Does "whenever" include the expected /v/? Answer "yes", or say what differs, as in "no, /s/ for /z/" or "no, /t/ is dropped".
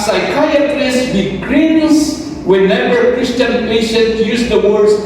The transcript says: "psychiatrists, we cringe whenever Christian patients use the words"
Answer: no, /b/ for /v/